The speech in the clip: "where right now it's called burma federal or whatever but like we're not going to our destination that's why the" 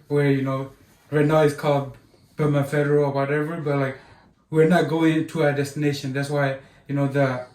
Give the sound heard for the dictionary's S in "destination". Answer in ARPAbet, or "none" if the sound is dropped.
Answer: S